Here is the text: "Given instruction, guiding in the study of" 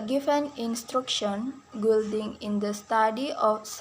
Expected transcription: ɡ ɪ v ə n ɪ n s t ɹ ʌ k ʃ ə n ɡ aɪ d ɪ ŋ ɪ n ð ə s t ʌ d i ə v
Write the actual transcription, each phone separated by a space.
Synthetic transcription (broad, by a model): ɡ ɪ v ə n ɪ n s t ɹ ʌ k ʃ ə n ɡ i d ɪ ŋ ɪ n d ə s t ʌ d i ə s